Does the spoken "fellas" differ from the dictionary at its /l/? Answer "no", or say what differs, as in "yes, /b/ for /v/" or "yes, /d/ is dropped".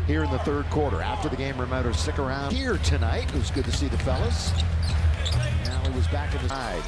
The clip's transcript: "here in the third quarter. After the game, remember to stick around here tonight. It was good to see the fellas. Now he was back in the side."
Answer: no